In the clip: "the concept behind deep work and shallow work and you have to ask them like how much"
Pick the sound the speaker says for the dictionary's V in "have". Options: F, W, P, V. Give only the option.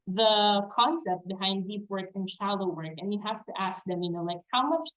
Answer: F